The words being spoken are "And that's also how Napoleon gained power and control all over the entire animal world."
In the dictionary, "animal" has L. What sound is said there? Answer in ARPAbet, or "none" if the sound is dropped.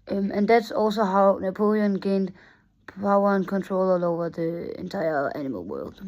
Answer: L